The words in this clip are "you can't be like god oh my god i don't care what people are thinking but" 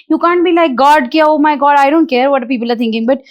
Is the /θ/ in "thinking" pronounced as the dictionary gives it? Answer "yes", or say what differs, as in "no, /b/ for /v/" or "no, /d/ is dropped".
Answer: no, /t/ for /θ/